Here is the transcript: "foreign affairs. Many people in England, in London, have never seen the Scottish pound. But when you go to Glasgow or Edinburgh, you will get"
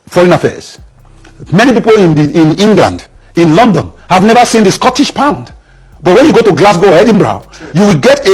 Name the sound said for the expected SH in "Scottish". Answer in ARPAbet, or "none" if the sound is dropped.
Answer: SH